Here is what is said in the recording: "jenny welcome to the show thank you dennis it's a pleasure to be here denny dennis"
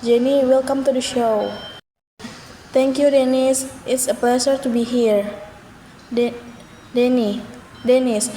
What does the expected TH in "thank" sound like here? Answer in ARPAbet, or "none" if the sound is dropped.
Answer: T